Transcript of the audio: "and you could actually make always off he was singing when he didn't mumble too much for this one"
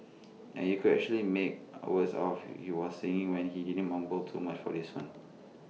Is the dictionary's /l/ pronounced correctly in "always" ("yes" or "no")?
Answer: no